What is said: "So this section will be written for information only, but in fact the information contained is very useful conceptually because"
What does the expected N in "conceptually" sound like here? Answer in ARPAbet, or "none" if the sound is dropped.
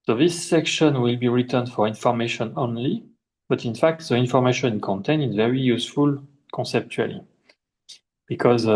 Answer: N